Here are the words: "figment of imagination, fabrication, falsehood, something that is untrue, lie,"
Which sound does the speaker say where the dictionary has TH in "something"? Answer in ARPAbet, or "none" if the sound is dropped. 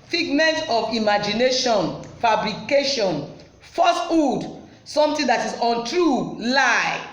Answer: T